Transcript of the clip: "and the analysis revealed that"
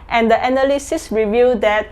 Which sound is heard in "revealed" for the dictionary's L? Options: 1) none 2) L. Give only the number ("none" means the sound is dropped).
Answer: 1